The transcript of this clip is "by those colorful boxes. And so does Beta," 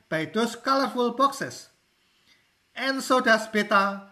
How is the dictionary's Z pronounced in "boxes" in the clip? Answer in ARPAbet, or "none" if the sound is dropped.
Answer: S